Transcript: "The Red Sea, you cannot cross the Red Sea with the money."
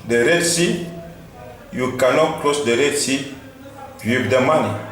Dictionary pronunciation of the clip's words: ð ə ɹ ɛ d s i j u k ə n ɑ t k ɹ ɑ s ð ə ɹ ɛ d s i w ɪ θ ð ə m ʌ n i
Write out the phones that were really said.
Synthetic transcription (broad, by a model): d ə ɹ ɛ d s i j u k ə n ɑ t k l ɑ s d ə ɹ ɛ d s i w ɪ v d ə m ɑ n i